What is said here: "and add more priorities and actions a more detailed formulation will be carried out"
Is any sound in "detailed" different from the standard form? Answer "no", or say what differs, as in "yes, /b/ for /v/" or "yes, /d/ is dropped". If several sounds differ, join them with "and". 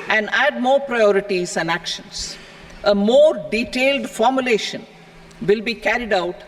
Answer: no